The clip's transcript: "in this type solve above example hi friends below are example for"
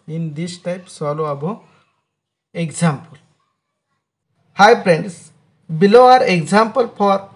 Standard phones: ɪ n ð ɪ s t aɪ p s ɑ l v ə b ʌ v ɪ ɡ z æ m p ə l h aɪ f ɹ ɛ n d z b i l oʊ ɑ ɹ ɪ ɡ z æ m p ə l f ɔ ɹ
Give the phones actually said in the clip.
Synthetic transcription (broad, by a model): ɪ n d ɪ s t aɪ p s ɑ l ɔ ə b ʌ ɪ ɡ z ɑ m p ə l h aɪ p ɹ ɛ n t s b i l oʊ ɑ ɹ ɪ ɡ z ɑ m p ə l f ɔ ɹ